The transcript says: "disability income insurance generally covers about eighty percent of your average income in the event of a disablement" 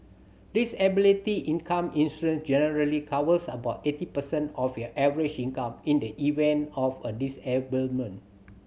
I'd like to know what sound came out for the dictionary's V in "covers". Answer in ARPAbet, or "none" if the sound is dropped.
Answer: W